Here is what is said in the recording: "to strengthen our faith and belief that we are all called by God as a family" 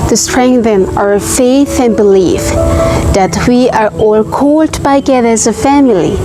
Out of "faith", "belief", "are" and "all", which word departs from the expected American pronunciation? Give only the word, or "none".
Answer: none